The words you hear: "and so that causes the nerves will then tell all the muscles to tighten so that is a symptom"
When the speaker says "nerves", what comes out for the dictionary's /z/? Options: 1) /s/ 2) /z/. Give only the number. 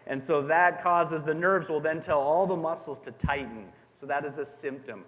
2